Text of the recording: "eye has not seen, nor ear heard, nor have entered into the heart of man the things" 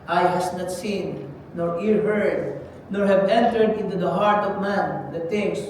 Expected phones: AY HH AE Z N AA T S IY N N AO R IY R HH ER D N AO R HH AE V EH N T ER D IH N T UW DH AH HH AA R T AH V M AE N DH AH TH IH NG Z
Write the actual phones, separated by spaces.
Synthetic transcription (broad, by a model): AY HH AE S N AA T S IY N N AO R IY R HH ER D N AO R HH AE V EH N T ER D IH N T UW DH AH HH AA R T AH V M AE N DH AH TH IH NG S